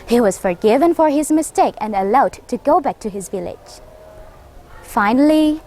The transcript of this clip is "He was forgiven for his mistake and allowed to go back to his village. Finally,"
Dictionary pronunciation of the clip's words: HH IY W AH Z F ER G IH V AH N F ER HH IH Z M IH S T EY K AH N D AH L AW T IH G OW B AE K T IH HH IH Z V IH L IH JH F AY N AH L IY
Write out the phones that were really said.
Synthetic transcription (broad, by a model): HH IY W AH Z F ER G IH V AH N F ER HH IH Z M IH S T EY K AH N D AH L AW T IH G OW B AE K T IH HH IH Z V IH L IH JH F AY N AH L IY